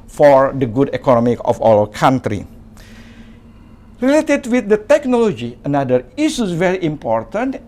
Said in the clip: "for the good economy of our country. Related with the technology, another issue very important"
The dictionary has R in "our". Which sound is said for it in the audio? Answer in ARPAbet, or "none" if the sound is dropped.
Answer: L